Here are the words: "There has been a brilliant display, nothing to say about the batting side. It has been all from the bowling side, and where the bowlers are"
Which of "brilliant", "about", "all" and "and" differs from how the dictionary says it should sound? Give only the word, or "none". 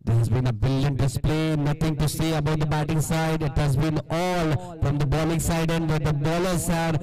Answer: brilliant